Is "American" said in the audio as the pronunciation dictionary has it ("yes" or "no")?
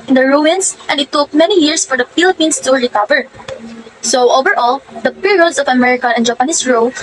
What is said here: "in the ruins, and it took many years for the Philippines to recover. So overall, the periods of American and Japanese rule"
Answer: no